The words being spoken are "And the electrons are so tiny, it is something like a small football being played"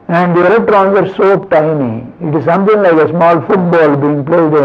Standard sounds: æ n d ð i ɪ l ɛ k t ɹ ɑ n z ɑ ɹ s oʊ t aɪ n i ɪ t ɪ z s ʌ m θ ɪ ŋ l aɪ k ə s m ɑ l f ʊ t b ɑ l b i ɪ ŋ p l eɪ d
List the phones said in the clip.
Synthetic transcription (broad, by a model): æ n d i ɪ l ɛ t ɹ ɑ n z ɑ ɹ s oʊ t aɪ n i ɪ t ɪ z s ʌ m t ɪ ŋ l aɪ k ə s m ɑ l f ʊ t b ɑ l b i ɪ ŋ p l eɪ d